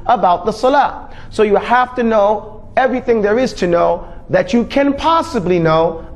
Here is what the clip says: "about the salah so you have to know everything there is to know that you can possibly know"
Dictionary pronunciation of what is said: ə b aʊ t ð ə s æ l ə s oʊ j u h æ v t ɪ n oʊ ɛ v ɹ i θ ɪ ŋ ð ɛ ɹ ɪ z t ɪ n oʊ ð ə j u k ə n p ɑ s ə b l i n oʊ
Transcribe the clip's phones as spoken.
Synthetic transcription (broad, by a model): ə b aʊ t ð ə s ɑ l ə s oʊ j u h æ f t ɪ n oʊ ɛ v ɹ i θ ɪ ŋ ð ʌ ɹ ɪ z t ɪ n oʊ ð ə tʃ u k ə n p ɑ s ə b l i n oʊ